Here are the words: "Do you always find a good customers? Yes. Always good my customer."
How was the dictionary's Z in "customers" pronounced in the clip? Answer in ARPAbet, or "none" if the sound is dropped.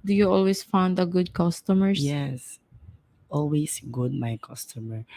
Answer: none